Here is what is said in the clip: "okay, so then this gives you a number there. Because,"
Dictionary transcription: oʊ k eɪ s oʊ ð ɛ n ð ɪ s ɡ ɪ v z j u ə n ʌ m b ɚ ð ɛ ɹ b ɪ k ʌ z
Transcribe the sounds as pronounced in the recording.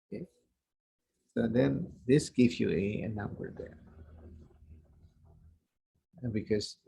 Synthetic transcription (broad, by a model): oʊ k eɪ s oʊ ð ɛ n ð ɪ s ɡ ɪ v j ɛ ə n ʌ m b ɚ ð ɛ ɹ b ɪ k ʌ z